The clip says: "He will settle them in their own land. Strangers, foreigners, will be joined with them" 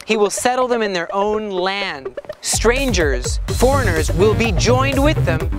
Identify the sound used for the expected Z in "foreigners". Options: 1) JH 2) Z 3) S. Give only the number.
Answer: 2